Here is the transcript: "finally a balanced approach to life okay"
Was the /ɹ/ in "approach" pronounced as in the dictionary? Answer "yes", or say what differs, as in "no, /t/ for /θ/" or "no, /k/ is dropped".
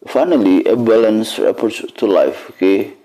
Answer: no, /ɹ/ is dropped